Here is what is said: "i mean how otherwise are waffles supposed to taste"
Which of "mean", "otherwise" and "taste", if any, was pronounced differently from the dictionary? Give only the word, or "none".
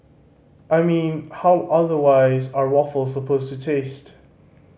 none